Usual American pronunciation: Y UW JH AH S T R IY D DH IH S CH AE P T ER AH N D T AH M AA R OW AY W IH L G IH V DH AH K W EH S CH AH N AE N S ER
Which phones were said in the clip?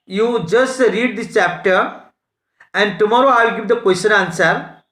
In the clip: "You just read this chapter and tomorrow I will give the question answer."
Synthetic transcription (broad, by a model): Y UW JH AH S T R IY D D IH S CH AE P T ER AH N D T AH M AA R OW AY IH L G IH V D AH K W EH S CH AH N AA N S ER